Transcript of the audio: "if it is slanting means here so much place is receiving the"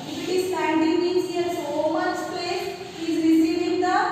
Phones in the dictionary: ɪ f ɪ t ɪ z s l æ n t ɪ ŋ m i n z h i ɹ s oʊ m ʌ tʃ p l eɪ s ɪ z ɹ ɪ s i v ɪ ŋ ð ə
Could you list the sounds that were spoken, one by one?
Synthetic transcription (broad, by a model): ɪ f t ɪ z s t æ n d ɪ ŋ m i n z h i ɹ s oʊ m ʌ tʃ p eɪ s ɪ z ɹ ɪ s i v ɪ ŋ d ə